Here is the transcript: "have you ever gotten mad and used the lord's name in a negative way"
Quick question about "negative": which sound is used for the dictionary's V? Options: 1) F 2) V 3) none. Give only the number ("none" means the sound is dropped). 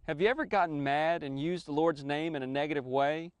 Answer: 2